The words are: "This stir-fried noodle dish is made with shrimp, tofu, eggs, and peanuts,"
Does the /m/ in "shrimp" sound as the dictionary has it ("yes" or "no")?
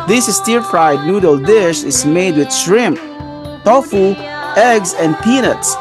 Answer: yes